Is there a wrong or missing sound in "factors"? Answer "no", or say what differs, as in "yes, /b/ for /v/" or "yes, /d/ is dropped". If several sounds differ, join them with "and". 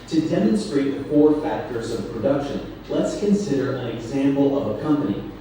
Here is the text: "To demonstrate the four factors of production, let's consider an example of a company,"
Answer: no